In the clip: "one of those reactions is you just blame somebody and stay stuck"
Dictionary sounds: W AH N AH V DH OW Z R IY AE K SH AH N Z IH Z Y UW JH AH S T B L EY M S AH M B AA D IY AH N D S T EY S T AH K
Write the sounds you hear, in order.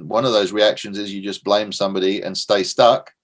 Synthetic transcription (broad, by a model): W AH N AH V DH OW Z R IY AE K SH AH N Z IH Z Y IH JH AH S B L EY M S AH M B AA D IY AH N S T EY S T AH K